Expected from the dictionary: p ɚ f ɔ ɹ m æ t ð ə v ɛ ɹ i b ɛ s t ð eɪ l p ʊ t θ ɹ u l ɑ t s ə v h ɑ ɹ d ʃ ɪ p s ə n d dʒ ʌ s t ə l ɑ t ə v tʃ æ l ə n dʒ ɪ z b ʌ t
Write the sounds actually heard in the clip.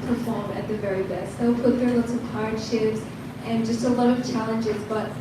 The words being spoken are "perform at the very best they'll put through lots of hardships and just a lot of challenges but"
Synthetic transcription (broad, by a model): p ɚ f ɔ ɹ m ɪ t ð ə v ɛ ɹ i b ɛ s t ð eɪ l p ʊ t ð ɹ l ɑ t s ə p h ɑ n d ʃ ɪ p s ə n dʒ ʌ s t ə l ɑ t ə v tʃ æ l ə n dʒ ɪ z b ʌ t